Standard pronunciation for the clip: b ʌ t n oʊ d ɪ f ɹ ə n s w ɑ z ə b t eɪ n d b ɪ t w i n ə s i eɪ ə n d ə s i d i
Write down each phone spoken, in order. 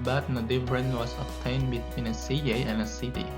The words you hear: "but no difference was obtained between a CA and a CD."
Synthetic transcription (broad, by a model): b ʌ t n oʊ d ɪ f ɹ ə n w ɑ s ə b t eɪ n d b ɪ t w i n ə s i eɪ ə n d ə s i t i